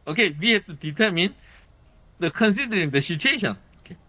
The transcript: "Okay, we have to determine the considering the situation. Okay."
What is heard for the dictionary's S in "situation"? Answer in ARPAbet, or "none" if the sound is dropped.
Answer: SH